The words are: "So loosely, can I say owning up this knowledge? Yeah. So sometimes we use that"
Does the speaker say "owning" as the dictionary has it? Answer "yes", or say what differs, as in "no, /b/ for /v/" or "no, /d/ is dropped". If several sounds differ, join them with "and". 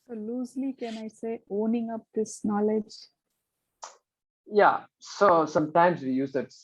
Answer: yes